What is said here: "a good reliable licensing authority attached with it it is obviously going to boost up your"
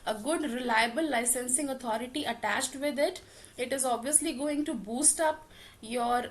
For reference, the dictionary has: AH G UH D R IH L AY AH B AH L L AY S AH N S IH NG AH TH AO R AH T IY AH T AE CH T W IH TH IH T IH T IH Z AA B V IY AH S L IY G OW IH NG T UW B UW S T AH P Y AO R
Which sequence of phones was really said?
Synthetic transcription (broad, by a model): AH G UH D R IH L AY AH B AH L L AY S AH N S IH NG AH T AO R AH T IY AH T AE CH T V IH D IH T IH T IH Z AA B V IY AH S L IY G OW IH NG T UW B UW S T AH P Y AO R